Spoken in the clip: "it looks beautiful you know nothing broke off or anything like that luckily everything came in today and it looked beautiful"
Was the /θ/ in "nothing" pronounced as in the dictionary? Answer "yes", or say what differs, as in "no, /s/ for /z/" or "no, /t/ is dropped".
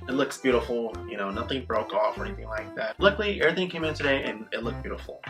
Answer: yes